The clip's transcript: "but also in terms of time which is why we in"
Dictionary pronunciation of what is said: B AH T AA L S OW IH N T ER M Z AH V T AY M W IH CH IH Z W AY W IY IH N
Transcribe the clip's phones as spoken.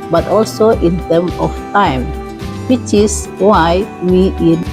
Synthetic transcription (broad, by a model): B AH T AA L S OW IH N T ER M AH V T AY M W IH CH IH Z W AY W IY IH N